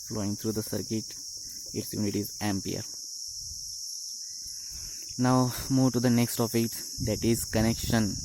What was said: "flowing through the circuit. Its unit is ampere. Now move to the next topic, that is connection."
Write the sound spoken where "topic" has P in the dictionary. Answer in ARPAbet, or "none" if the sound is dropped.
F